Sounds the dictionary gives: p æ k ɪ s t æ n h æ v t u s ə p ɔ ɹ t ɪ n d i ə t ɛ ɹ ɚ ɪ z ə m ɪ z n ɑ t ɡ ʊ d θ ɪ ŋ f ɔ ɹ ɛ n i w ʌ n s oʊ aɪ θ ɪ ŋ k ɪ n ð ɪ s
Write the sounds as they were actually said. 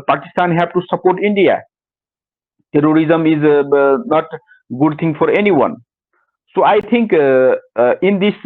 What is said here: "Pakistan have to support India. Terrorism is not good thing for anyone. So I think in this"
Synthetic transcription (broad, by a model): p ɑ k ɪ s t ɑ n h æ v t u s ə p ɔ ɹ t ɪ n d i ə t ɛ ɹ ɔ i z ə m ɪ z n ɑ t ɡ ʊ d t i ŋ f ɔ ɹ ɛ n i w ʌ n s oʊ aɪ t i ŋ k ɪ n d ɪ s